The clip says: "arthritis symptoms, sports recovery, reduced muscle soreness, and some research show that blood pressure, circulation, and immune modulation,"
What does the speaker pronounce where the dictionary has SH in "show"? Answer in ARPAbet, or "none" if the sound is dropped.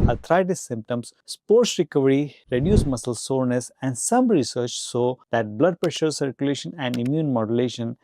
S